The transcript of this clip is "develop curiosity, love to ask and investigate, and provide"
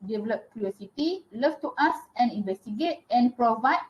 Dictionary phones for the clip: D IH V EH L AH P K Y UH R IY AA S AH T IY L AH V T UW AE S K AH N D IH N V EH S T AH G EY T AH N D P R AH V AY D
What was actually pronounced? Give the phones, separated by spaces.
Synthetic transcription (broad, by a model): D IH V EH L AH P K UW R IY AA S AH T IY L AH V T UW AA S AH N IH N V EH S T AH G EY T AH N P R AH V AY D